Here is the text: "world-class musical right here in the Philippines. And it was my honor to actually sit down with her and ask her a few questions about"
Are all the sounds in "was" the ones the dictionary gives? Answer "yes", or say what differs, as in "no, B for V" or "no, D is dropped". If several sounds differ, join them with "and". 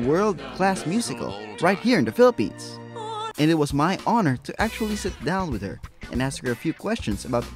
yes